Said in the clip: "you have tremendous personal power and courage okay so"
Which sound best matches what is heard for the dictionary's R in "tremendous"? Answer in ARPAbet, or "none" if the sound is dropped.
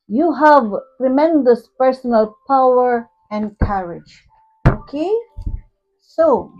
R